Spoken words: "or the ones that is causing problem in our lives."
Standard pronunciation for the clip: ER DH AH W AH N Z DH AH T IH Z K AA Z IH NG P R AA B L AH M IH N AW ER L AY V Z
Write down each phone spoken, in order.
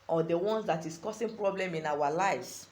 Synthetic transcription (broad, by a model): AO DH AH W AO N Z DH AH T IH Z K AA S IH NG P R AA B L AH M IH N AW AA L AY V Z